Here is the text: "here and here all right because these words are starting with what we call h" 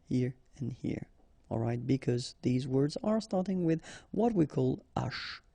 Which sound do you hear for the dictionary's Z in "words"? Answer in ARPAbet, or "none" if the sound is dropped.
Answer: Z